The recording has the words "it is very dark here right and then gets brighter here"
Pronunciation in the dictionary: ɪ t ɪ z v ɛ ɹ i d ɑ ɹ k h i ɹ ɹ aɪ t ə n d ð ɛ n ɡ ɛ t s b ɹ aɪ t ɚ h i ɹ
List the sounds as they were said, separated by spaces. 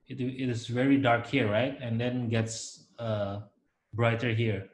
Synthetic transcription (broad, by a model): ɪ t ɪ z v ɛ ɹ i d ɑ ɹ k h i ɹ ɹ aɪ t ə n d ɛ n ɡ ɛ t s b ɹ aɪ t ɚ h i ɹ